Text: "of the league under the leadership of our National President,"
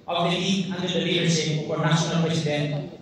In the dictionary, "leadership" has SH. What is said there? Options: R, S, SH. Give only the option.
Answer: S